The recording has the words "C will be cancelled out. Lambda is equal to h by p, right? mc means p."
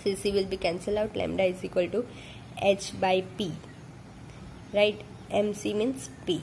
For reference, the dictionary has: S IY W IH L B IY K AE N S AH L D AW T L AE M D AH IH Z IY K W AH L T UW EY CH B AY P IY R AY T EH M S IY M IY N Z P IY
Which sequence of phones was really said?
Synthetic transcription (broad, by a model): S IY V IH L B IY K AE N S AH L AW T L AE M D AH IH Z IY K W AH L T UW EY CH B AY P IY R AY T EH M S IY M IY N S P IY